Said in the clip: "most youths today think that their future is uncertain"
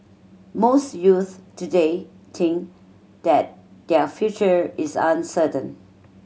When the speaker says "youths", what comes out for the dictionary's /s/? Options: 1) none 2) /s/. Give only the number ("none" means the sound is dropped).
1